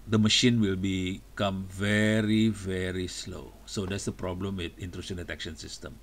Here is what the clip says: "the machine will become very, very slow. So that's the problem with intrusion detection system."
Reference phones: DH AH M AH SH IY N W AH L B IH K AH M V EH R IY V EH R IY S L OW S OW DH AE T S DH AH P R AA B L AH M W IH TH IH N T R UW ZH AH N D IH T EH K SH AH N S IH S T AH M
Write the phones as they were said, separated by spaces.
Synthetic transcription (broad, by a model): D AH M AH SH IY N W AH L B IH K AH M V EH R IY V EH R IY S L OW S OW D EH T S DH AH P R AA B L AH M W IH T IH N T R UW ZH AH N D IH T EH K SH AH N S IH S T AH M